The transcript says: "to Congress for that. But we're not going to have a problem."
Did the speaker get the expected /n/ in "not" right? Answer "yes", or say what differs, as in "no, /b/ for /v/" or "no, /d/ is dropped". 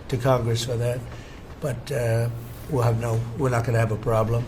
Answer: no, /l/ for /n/